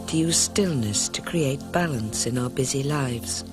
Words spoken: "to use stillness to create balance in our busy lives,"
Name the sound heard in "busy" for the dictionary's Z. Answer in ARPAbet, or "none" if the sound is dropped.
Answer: Z